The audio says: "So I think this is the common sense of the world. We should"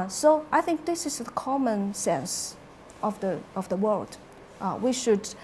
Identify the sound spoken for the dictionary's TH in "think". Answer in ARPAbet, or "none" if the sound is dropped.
TH